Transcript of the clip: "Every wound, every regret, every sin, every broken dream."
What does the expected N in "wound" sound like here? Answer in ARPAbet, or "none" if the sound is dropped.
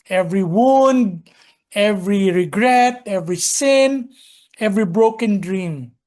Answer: N